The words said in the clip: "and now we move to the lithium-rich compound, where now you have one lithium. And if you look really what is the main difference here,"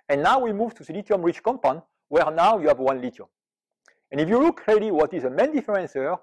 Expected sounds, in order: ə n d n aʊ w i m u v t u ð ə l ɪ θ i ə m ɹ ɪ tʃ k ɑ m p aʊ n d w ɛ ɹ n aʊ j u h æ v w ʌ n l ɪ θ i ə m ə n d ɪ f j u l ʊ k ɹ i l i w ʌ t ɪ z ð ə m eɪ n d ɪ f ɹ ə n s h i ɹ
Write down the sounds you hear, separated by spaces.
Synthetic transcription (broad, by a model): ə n n aʊ w i m u v t u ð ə l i t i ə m ɹ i tʃ k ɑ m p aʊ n w ɛ ɹ n aʊ j u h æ v w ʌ n l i t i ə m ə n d ɪ f j u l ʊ k ɹ i l i w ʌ t ɪ z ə m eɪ n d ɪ f ɹ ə n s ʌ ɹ